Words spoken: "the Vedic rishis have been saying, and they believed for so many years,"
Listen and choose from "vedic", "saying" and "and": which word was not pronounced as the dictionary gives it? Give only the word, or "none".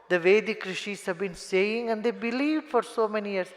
none